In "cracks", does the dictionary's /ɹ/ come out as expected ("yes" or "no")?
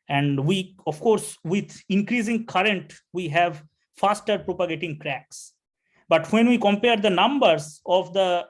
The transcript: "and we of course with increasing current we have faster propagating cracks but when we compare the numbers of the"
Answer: yes